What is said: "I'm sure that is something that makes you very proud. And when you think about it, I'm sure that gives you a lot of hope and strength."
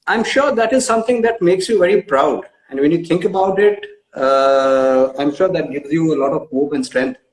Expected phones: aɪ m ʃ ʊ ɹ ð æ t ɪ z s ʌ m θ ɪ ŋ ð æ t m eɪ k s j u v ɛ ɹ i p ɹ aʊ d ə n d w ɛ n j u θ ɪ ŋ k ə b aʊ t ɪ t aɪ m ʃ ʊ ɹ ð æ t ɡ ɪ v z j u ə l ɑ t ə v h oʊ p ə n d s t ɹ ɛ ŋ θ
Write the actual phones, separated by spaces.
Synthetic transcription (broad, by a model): aɪ m ʃ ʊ ɹ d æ t ɪ z s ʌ m t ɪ ŋ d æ t m eɪ k s j u v ɛ ɹ i p ɹ aʊ d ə n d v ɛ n j u t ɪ ŋ k ə b aʊ t ɪ t aɪ m ʃ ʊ ɹ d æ t ɡ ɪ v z j u ə l ɑ t ə v h oʊ p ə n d s t ɹ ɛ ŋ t